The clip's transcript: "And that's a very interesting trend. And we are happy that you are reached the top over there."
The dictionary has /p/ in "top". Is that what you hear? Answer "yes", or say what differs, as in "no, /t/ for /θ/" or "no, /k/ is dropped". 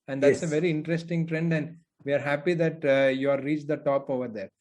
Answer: yes